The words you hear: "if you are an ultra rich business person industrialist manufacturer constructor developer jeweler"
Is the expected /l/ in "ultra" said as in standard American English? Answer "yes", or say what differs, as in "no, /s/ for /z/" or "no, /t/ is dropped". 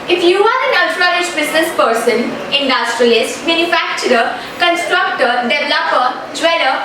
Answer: no, /l/ is dropped